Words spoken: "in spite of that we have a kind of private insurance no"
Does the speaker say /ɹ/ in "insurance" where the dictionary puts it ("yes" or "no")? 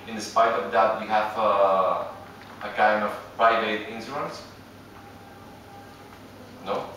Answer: no